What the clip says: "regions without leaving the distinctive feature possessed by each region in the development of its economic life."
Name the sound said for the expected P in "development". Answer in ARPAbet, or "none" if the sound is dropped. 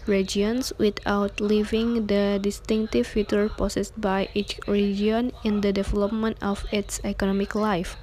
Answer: P